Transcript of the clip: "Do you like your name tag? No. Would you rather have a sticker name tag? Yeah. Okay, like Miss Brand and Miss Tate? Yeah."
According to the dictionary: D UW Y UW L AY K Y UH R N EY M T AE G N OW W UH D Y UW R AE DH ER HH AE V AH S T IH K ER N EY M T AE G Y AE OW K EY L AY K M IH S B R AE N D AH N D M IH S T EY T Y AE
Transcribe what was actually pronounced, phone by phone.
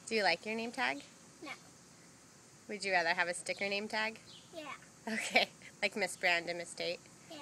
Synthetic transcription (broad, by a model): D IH Y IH L AY K Y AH R N EY M T AE G N OW W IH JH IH R AE DH ER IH V AH S T IH K ER N EY M T AE G Y AE OW K EY L AY K M IH S B R AE N D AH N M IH S T EY T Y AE